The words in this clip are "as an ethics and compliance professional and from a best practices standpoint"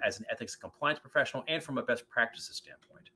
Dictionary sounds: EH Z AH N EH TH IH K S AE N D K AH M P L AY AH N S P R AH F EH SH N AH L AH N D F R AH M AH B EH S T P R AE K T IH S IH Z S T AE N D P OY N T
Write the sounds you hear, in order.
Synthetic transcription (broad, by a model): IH Z N EH TH IH K S K AH M P L AY AH N S P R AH F EH SH N L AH N F R AH M AH B EH S T P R AE K T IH S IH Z S T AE N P OY N T